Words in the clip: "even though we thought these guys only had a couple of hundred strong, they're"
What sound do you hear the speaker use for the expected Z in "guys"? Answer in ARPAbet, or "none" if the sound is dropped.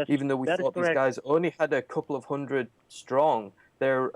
Z